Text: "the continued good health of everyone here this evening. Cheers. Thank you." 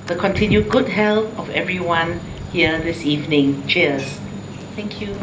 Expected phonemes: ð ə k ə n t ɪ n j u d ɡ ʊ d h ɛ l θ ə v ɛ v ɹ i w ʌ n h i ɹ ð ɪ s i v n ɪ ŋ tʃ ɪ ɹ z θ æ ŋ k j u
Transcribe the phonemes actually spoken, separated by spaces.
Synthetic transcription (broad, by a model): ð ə k ə n t ɪ n j u d ɡ ʊ d h ɛ l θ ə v ɛ v ɹ i w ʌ n h i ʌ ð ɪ s i v n ɪ ŋ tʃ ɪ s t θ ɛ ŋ k j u